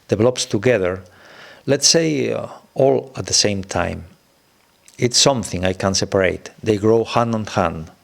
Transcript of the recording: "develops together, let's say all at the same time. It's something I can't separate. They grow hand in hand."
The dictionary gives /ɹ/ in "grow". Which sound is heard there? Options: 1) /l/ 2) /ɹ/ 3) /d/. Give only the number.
2